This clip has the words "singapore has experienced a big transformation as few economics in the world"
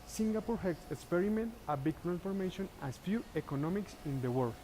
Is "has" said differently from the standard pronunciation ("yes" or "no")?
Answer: yes